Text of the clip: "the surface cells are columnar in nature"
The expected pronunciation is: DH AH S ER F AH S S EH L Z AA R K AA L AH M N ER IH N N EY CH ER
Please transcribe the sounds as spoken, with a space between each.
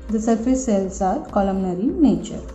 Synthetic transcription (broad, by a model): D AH S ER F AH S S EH L S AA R K AA L AH M N ER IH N N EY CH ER